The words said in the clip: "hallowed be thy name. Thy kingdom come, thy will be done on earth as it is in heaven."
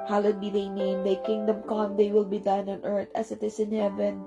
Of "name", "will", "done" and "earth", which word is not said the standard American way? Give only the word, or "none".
earth